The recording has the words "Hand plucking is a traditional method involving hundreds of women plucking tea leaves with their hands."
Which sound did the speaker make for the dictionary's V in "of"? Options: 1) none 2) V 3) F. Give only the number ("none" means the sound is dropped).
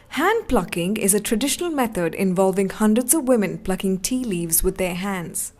2